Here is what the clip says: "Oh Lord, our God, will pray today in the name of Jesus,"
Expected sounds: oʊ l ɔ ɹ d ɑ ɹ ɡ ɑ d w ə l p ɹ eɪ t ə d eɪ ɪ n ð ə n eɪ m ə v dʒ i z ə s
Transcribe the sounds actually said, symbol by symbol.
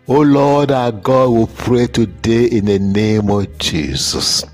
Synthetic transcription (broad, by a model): oʊ l ɔ d ɑ ɡ ɑ d w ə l p ɹ eɪ t ə d eɪ ɪ n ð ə n eɪ m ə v dʒ i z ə s